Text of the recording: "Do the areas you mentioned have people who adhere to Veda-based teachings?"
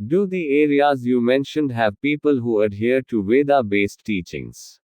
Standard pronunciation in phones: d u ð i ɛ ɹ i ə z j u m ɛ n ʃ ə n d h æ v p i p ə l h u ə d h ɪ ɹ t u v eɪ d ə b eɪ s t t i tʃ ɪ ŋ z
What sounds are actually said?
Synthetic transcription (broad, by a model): d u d i ɛ ɹ i ə z j u m ɛ n ʃ ə n d h æ v p i p ə l h u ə d h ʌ ɹ t u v eɪ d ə b eɪ s t t i tʃ ɪ ŋ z